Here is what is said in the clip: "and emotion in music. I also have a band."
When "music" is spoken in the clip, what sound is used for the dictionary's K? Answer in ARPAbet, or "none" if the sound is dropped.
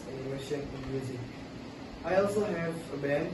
none